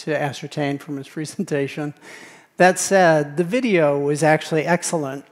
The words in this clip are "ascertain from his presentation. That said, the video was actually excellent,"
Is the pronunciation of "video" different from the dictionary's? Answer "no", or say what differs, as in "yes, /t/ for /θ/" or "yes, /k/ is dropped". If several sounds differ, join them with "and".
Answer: no